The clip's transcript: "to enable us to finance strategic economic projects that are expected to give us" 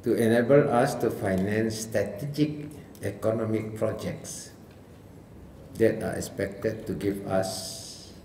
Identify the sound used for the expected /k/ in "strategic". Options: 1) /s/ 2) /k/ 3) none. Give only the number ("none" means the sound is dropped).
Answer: 2